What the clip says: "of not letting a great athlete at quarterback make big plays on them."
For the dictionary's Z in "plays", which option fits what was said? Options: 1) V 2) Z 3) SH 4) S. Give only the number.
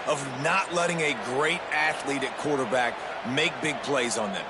2